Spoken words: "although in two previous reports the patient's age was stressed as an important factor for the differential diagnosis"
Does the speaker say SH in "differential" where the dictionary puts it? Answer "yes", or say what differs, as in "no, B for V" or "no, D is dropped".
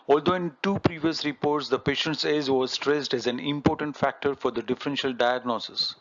yes